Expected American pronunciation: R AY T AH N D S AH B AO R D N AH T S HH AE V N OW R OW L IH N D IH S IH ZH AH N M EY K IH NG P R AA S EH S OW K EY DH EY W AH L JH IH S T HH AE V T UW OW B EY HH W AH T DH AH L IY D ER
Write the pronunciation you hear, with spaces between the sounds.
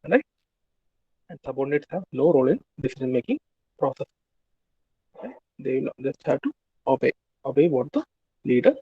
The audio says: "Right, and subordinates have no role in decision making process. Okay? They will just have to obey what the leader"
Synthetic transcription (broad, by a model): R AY AH N D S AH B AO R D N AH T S HH AE V N OW R OW L IH N D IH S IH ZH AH N M EY K IH NG P R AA S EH S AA IH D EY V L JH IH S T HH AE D T UW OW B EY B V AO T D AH L IY D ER